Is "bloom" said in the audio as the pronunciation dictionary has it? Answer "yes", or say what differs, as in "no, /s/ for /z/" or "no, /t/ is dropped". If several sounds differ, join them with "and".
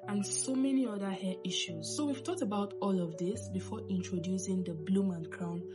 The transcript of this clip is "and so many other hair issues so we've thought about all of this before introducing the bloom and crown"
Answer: yes